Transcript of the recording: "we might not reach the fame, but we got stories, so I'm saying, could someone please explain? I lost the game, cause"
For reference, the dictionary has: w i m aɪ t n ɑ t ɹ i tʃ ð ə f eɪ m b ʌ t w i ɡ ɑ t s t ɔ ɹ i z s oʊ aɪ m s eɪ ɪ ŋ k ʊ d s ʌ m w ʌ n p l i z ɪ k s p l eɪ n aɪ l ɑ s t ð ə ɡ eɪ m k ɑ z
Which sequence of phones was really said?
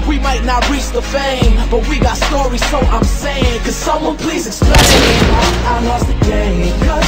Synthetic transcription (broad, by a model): w i m aɪ t n ɑ t ɹ i tʃ ð ə f eɪ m b ʌ t w i ɡ ɑ t s t ɔ ɹ i z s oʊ aɪ m s eɪ ɪ ŋ k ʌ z s ʌ m w ʌ n p l i z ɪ k s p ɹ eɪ aɪ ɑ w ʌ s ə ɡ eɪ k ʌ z